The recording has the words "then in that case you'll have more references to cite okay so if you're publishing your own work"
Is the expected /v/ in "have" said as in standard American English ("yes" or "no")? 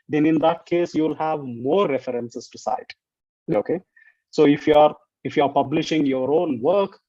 yes